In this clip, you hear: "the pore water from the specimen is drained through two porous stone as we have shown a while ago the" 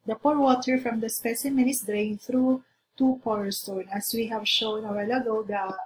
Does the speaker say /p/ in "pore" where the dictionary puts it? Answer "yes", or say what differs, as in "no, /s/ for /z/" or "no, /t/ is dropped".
yes